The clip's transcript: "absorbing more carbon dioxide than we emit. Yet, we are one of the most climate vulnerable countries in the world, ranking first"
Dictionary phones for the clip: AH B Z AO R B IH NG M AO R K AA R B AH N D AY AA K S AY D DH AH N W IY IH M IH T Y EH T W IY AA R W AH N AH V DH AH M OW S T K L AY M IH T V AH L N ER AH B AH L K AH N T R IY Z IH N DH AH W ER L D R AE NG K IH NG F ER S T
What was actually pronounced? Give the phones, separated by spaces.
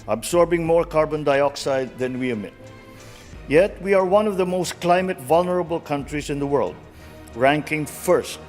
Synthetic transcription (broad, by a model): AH B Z AO R B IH NG M AO R K AA R B AH N D AY AA K S AY D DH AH N W IY IH M IH T Y EH T W IY AA R W AH N AH V DH AH M OW S T K L AY M IH T V AH L N ER AH B AH L K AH N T R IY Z IH N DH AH W ER L D R AE NG K IH NG F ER S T